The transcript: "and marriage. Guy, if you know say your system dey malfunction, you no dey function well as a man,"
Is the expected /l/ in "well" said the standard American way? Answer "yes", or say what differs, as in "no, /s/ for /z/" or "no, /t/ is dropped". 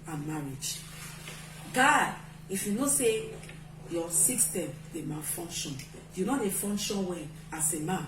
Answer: no, /n/ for /l/